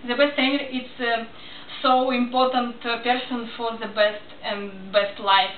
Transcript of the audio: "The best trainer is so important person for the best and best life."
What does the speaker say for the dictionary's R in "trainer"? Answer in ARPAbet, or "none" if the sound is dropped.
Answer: none